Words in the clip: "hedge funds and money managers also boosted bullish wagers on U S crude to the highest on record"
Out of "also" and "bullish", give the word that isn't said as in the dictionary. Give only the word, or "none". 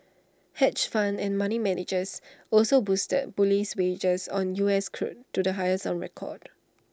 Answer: bullish